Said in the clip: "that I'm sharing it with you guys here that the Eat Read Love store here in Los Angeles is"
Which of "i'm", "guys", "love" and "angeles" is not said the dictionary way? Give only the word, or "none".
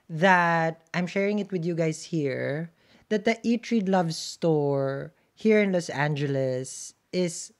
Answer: guys